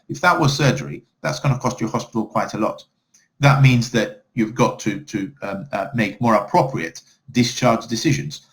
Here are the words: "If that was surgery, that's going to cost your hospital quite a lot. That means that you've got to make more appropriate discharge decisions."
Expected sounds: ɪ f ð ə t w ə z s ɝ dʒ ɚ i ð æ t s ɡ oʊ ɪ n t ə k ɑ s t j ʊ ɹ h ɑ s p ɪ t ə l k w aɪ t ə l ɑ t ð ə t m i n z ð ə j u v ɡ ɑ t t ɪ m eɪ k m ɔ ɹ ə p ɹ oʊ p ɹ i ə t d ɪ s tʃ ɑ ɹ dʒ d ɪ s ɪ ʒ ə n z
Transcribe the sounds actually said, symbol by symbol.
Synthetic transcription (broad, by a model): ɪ f ð ə t w ə z s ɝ dʒ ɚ i ð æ t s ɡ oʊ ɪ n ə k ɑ s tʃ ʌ ɹ h ɑ s p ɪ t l k w aɪ t ə l ɑ t ð ə t m i n z ð ə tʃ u v ɡ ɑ t t ɪ m eɪ k m ɔ ɹ ə p ɹ oʊ p ɹ i ə t d ɪ s tʃ ɑ ɹ dʒ d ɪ s ɪ ʒ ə n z